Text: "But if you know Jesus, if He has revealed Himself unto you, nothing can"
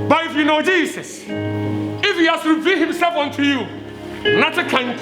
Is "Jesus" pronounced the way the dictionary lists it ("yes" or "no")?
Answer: no